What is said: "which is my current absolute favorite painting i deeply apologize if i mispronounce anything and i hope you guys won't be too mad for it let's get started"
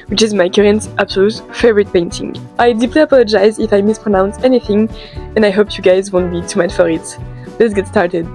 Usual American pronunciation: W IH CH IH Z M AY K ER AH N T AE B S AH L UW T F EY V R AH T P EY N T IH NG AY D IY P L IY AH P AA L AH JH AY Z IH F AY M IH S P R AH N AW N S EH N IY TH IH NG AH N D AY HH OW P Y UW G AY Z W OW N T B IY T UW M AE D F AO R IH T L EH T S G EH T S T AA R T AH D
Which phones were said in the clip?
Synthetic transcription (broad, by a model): W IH CH IH Z M AY K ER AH N T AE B S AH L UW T F EY V R AH T P EY N T IH NG AY D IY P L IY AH P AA L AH JH AY Z IH F AY M IH S P R AH N AW N S EH N IY TH IH NG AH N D AY HH OW P Y UW G AY Z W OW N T B IY T UW M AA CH F AO R IH T L EH T S G EH T S T AA R T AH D